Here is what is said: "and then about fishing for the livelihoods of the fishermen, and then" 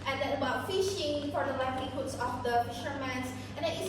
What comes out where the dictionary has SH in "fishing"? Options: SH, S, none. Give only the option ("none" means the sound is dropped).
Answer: SH